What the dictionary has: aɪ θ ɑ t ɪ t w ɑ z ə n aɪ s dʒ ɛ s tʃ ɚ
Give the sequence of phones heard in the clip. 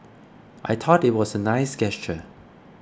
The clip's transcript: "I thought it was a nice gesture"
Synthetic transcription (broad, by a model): aɪ t ɑ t ɪ t w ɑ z ə n aɪ s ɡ ɛ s tʃ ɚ